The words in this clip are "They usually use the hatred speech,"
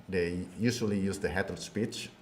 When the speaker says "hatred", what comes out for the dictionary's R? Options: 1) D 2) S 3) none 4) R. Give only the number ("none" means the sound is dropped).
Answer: 3